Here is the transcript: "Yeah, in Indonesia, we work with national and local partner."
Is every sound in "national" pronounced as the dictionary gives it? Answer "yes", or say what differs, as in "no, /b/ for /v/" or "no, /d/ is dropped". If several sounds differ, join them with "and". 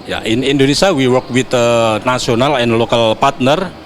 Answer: no, /s/ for /ʃ/